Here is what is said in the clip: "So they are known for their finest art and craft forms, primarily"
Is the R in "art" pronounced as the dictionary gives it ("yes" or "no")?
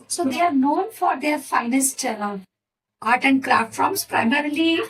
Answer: no